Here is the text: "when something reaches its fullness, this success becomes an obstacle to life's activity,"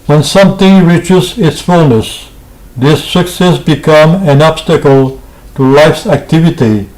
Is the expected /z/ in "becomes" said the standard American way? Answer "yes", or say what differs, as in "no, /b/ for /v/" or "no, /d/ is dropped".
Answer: no, /z/ is dropped